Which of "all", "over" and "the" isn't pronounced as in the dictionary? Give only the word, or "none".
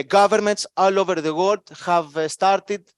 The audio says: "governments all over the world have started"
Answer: none